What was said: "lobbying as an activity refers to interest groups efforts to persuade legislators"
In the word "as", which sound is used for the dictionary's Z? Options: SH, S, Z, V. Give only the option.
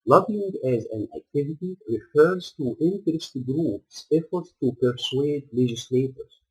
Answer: Z